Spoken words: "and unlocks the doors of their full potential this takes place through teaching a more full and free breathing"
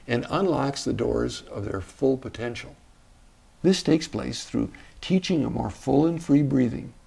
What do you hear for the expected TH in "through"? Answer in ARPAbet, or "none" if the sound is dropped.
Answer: TH